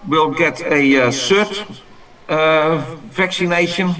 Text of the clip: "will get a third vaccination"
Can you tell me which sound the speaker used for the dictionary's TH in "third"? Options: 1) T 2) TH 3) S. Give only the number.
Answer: 3